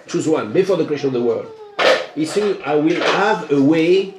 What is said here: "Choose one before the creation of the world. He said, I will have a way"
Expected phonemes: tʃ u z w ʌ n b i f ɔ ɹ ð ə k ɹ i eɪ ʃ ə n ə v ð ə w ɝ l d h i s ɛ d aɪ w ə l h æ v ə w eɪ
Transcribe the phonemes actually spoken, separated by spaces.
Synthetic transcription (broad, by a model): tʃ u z w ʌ n b i f ɔ ɹ ð ə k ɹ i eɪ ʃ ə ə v ð ə w ɝ l d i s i aɪ w ə l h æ v ə w eɪ